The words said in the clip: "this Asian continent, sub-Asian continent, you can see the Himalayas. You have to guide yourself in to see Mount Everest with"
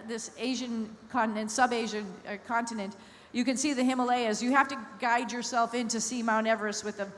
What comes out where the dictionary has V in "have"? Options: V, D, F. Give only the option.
F